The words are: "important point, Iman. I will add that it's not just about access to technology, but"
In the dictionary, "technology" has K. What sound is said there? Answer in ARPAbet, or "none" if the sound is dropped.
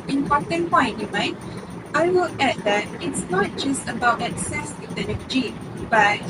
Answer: none